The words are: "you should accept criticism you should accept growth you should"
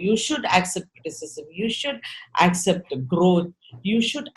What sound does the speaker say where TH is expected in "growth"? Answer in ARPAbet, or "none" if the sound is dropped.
T